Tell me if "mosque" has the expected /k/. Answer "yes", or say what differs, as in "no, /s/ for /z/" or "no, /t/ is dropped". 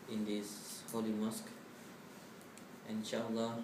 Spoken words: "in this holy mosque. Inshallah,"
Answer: yes